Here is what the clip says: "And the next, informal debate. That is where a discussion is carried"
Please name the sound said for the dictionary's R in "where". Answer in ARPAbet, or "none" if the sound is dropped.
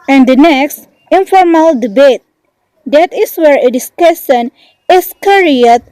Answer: R